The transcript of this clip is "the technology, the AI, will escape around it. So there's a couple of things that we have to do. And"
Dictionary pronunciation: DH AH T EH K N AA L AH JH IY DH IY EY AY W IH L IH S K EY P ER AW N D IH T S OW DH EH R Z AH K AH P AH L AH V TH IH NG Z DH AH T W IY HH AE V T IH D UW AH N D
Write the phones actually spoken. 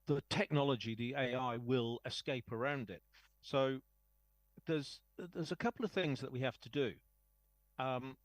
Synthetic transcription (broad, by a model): DH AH T EH K N AA L AH JH IY DH IY EY AY W IH L IH S K EY P ER AW N D IH T S OW DH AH R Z AH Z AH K AH L AH V TH IH NG Z DH AH T W IY HH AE F T IH D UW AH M